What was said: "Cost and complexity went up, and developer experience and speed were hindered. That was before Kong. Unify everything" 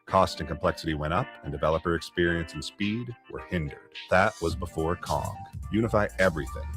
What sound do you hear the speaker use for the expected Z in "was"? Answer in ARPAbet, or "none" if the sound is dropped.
Z